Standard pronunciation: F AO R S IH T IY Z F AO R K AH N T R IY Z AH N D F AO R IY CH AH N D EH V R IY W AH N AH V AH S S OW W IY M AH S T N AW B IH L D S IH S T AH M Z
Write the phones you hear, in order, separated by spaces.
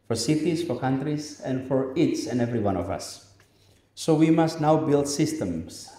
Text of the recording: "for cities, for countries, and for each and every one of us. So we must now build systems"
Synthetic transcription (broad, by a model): F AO R S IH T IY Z F AO R K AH N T R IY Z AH N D F AO R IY S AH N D EH V R IY W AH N AH V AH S S OW W IY M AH S T N AW B IH L D S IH S T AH M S